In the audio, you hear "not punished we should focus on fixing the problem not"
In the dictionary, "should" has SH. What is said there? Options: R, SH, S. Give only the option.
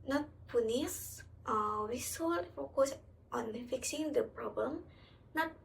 S